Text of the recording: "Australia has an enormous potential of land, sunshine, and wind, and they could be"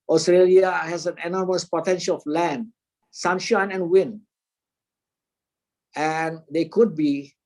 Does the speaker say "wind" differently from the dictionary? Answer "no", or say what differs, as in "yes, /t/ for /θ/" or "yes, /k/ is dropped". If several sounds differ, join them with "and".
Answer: yes, /d/ is dropped